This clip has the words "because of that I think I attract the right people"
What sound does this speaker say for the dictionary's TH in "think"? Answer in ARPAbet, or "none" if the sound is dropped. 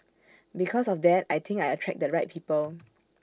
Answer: T